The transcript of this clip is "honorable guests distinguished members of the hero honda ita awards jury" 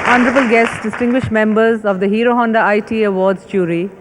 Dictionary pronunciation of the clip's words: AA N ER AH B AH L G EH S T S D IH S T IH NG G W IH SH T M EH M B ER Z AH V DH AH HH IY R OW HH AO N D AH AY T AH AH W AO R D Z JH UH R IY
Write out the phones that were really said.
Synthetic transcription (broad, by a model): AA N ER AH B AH L G EH S T S D IH S T IH NG G W IH SH T M EH M B ER Z AH V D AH HH IY R OW HH AO N D AH AY T AH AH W AO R D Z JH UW R IY